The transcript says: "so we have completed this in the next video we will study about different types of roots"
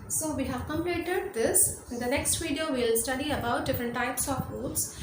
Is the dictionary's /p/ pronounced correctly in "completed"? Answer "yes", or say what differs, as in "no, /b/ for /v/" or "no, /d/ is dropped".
no, /p/ is dropped